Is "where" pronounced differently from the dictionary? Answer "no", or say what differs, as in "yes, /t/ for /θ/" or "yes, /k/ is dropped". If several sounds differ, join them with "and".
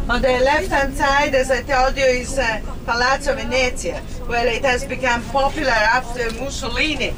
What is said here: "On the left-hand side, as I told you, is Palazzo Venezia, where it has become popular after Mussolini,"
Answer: yes, /l/ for /ɹ/